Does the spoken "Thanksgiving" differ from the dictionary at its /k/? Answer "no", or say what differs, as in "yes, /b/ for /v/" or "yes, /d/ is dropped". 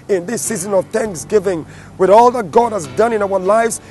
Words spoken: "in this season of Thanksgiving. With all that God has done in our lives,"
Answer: no